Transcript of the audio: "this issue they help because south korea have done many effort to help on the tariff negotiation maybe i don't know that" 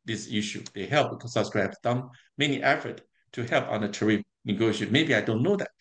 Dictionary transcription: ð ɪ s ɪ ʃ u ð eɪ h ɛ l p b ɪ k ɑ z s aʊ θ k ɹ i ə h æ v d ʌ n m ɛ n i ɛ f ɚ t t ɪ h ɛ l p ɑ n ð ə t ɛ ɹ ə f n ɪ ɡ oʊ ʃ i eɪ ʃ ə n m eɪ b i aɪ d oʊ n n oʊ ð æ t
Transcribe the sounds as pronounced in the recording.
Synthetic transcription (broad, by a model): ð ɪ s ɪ ʃ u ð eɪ h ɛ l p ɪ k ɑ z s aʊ s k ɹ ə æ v d ʌ n m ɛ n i ɛ f ɚ t t ɪ h ɛ l p ɑ n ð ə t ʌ ɹ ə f n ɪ ɡ oʊ i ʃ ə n m eɪ b i aɪ d oʊ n n oʊ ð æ t